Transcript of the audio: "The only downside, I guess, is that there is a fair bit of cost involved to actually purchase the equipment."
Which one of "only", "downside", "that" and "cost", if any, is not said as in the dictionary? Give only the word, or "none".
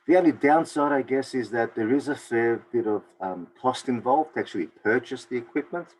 none